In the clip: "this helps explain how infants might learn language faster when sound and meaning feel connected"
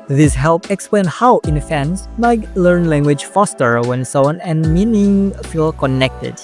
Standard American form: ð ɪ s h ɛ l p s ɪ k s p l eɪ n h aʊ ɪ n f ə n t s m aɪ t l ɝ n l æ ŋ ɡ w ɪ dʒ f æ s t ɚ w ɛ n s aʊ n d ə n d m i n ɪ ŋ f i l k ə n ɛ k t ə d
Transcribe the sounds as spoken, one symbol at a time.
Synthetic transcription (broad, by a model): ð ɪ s h ɛ l p ɪ k s p l eɪ n h aʊ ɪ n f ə n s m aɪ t l ɝ n l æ ŋ ɡ w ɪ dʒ f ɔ s t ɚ w ɛ n s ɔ n ə n m i n ɪ ŋ f i l k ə n ɛ k t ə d